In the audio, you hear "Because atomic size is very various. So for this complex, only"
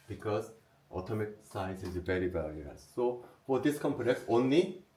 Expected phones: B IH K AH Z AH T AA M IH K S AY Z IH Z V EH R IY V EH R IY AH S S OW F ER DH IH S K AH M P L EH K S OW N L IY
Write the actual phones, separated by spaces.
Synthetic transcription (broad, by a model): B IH K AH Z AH T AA M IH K S AY S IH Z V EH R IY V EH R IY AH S S OW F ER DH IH S K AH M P N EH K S OW N L IY